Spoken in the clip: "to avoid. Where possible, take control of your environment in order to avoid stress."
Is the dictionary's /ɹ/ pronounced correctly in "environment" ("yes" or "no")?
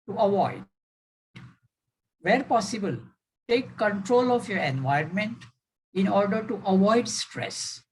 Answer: no